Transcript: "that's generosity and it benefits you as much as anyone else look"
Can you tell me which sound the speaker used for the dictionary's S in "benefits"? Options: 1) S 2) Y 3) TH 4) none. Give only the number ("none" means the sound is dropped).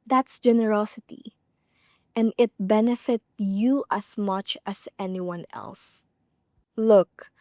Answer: 4